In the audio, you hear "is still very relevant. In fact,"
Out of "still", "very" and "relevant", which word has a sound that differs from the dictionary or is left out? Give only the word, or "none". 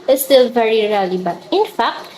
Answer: relevant